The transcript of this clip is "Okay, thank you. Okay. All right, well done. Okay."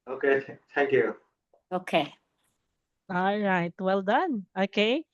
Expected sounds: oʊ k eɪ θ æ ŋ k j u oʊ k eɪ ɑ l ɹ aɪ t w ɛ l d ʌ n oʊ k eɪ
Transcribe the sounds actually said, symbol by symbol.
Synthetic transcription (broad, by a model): oʊ k eɪ t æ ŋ k j u oʊ k eɪ ɑ l ɹ aɪ t w ɛ l d ʌ n oʊ k eɪ